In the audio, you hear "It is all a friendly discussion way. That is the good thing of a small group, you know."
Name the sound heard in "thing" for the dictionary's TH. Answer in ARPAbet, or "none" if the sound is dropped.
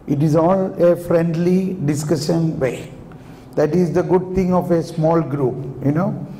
T